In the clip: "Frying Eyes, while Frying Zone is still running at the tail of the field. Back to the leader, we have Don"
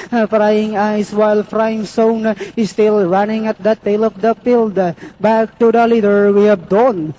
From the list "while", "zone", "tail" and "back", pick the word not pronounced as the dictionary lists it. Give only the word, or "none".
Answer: zone